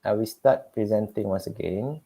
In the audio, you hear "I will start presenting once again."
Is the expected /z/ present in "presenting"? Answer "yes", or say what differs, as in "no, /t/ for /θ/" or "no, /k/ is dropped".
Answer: yes